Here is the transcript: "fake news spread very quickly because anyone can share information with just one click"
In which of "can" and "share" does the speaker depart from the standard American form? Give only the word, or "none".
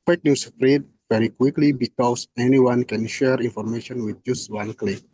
none